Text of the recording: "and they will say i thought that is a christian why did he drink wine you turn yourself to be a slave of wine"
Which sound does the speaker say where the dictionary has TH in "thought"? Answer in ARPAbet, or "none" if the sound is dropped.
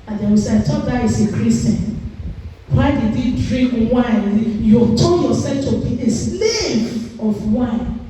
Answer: T